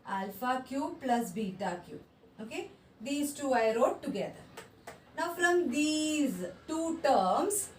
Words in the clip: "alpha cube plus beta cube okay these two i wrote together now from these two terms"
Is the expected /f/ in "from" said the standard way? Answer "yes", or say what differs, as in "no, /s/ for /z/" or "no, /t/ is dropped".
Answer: yes